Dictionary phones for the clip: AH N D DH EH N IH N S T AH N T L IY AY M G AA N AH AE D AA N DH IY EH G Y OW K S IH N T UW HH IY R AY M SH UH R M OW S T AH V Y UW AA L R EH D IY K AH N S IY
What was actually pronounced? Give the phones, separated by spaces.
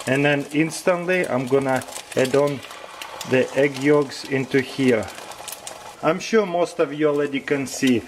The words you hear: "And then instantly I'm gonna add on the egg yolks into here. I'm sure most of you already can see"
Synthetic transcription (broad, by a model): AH N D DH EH N IH N S T AH N T L IY AY M G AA N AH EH D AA N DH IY EH G Y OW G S IH N T UW HH IY R AY M SH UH R M OW S T AH V Y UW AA L EH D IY K AH N S IY